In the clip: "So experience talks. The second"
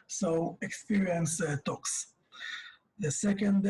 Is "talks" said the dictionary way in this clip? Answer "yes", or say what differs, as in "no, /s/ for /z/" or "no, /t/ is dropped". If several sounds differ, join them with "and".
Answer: yes